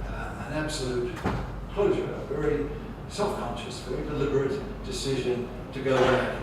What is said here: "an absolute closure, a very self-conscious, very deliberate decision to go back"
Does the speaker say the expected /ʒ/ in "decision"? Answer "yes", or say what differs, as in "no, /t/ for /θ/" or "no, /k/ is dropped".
yes